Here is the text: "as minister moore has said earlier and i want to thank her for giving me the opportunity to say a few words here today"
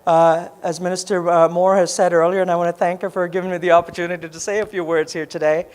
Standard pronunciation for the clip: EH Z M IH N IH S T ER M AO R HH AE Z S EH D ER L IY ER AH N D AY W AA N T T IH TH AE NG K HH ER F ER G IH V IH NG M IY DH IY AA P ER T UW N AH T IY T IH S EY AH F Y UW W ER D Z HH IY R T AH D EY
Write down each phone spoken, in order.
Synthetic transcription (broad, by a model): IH Z M IH N IH S T ER M AO R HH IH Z S EH D ER L IY ER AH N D AY W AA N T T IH TH AE NG K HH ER F ER G IH V IH NG M IY DH IY AA P ER T UW N AH T IY T IH S EY AH F Y UW W ER D Z HH IY R T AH D EY